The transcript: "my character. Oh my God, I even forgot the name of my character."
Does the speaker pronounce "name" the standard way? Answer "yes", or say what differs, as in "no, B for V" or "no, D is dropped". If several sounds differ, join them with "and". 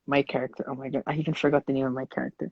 no, M is dropped